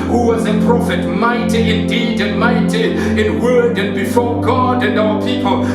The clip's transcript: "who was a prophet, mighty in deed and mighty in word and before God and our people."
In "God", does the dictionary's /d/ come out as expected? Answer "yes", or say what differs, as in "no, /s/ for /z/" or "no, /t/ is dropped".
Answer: yes